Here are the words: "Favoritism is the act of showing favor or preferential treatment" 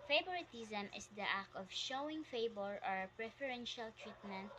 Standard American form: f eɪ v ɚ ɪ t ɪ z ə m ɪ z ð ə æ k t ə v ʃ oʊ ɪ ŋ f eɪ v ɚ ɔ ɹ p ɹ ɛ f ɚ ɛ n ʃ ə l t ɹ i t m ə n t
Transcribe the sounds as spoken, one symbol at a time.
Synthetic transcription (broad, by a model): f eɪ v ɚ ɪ t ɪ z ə m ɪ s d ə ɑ k ə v ʃ oʊ ɪ ŋ f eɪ b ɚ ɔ ɹ p ɹ ɛ f ɚ ɛ n ʃ ə l t ɹ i t m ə n t